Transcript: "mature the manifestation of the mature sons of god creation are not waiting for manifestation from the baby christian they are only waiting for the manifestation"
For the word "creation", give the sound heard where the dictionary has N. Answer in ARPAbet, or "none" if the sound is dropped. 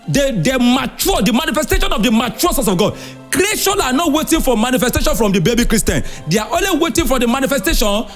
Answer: L